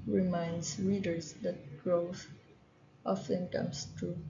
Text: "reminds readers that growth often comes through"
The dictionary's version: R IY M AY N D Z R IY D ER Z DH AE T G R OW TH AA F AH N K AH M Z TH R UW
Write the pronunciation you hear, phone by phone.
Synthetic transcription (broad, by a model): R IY M AY N D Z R IY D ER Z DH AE T G R OW TH AA F AH N K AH M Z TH R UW